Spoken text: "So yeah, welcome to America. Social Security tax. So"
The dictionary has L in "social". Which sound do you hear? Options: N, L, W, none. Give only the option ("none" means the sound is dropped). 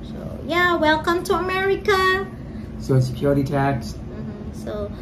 N